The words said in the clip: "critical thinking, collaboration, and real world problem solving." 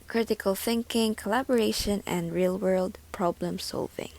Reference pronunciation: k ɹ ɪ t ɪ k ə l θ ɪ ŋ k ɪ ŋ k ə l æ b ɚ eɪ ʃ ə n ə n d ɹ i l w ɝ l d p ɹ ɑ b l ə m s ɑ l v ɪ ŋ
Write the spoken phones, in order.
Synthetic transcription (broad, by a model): k ɹ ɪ t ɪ k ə l θ ɪ ŋ k ɪ ŋ k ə l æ b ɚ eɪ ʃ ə n ə n d ɹ i l w ɝ l d p ɹ ɑ b l ə m s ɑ l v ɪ ŋ